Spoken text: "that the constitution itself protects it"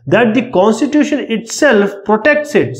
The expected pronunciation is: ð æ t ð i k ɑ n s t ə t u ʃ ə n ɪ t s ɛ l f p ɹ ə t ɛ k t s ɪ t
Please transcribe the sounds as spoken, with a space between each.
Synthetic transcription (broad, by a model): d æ t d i k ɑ n s t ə t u ʃ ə n ɪ t s ɛ l f p ɹ ə t ɛ k t s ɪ t